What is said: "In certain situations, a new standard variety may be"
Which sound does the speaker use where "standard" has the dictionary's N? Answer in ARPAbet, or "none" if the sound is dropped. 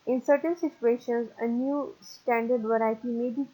N